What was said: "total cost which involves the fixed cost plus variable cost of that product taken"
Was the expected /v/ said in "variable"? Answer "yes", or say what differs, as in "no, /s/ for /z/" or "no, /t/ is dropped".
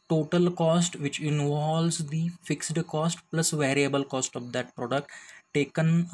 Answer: yes